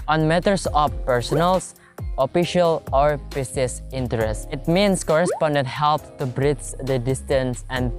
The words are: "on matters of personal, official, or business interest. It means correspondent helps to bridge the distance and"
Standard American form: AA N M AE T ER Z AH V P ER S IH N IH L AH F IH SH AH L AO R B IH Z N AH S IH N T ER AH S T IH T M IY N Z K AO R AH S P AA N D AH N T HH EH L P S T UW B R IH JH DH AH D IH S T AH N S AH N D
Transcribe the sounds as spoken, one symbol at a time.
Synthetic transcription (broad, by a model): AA N M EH T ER S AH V P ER S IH N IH L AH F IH SH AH L AO R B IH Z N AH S IH N T ER AH S T IH T M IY N S K AO R AH S P AA N D AH N T HH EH L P T UW B R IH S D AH D IH S T AH N S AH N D